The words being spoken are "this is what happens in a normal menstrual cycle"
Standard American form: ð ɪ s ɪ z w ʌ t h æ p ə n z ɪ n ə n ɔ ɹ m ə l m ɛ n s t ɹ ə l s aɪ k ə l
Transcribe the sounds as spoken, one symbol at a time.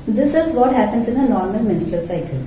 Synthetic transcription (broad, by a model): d ɪ s ɪ z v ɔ t h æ p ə n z ɪ n ə n ɔ ɹ m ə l m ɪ n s t ə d s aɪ k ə l